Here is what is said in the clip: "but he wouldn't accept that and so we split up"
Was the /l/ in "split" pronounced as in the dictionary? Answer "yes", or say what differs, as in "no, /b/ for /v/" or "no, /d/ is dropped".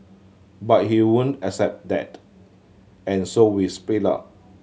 no, /l/ is dropped